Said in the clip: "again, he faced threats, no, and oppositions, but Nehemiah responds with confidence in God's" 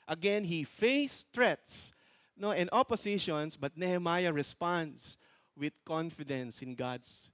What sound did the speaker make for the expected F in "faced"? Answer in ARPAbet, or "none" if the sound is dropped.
F